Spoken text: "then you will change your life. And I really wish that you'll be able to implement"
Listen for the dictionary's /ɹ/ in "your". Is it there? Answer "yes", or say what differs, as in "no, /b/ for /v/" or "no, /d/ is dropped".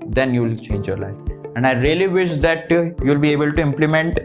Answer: yes